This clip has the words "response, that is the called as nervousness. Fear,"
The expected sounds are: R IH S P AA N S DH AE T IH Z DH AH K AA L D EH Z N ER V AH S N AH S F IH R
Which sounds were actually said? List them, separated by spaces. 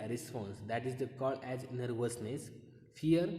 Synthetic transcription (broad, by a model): R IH S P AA N S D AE T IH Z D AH K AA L EH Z N ER V AH S N AH S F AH R